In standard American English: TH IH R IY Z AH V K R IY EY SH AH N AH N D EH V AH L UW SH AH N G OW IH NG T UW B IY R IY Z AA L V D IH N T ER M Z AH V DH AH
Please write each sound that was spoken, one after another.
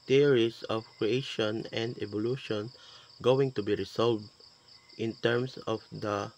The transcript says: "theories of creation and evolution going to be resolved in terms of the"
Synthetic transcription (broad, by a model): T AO R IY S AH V K R IY EY SH AH N AH N D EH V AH L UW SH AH N G OW IH NG T UW B IY R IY S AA L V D IH N T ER M S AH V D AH